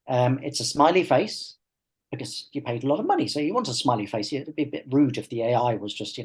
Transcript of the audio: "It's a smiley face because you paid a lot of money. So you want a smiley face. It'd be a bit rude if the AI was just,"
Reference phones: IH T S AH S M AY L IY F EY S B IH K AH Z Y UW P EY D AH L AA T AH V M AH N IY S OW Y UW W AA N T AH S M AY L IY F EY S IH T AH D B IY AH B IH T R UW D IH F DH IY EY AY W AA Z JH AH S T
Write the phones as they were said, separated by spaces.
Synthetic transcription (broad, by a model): IH T S AH S M AY L IY F EY S B IH K AH Z Y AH P EY D AH L AA T AH V M AH N IY S OW Y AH W AA N T AH S M AY L IY F EY S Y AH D B IY AH B IH T R UW D IH F DH IY EY AY W AA Z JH AH S T